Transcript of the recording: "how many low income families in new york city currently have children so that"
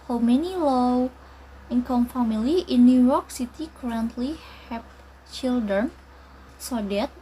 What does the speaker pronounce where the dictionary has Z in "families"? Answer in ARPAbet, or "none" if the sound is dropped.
none